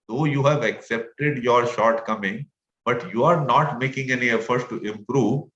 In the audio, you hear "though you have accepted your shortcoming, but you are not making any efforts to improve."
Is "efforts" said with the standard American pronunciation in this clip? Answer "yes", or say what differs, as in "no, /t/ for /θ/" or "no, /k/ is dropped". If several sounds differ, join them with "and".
no, /s/ is dropped